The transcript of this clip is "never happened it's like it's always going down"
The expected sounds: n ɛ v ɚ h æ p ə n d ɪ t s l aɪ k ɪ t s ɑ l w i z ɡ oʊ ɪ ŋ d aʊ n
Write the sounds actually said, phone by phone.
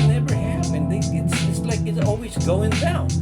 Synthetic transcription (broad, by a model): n ɛ v ɚ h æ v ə n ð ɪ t s l aɪ k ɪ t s ɑ l w i z ɡ oʊ ɪ ŋ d aʊ n